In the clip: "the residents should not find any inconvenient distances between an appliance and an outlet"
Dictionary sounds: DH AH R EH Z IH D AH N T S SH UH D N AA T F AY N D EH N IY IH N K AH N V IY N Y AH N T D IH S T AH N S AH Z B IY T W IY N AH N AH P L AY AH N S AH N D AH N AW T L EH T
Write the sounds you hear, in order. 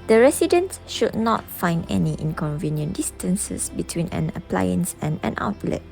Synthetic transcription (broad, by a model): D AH R EH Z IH D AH N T S SH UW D N AA T F AY N D EH N IY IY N K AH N V IY N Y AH N D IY S T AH N S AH S B IY T W IY N AH N AH P L AY AH N S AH N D AH N AW T L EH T